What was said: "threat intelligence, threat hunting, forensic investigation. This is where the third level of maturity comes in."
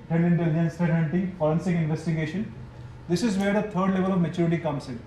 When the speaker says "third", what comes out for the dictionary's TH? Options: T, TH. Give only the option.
T